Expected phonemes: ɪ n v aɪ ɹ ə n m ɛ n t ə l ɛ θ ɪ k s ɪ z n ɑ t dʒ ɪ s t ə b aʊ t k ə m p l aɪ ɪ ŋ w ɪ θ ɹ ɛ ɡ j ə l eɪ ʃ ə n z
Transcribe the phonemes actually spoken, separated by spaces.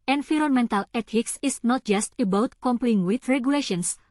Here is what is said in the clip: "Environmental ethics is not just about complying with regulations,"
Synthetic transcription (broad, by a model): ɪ n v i ɹ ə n m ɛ n t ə l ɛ t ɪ k s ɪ s n ɑ t dʒ ɪ s t ə b aʊ t k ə m p l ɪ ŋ w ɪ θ ɹ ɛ ɡ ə l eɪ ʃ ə n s